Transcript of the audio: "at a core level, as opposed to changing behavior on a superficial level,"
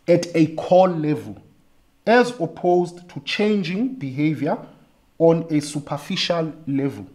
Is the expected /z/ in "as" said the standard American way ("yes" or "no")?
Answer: yes